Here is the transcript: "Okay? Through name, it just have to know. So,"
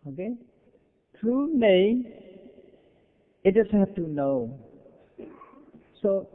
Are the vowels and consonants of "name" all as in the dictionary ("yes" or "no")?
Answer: no